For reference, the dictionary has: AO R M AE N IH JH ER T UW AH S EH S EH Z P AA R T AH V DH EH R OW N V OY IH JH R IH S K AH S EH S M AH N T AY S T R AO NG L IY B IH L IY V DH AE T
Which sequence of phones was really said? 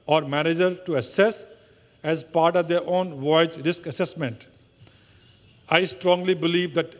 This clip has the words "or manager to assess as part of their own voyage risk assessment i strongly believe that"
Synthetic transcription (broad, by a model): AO R M AE N IH JH ER T UW AH S EH S EH Z P AA R T AH V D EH R OW N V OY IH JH R IH S K AH S EH S M AH N T AY S T R AO NG L IY B IH L IY V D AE T